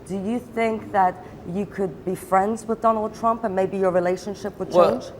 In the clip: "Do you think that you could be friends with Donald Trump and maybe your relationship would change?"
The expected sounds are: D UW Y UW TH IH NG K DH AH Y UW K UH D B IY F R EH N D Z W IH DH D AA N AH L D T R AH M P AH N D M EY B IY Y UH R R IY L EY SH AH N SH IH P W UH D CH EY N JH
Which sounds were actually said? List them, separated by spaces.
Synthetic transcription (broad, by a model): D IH Y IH TH IH NG K DH AH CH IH K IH D B IY F R EH N D Z W IH DH D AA N L D T R AH M P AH N M EY B IY Y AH R R IY L EY SH AH N SH IH P W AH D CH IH N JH